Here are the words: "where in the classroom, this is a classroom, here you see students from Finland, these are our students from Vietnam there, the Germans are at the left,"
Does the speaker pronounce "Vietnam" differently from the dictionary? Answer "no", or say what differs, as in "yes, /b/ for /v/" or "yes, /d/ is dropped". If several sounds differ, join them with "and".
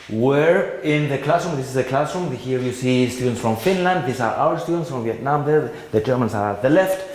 no